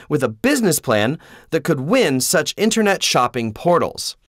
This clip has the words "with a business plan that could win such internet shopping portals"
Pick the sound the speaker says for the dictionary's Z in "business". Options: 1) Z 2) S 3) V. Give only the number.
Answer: 1